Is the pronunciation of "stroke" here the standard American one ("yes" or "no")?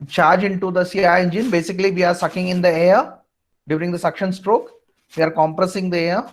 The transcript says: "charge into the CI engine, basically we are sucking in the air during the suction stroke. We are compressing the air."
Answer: yes